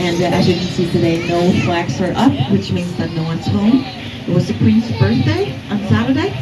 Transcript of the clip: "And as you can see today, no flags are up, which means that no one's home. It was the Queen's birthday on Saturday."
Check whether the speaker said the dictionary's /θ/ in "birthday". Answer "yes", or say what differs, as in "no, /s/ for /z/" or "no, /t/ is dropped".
yes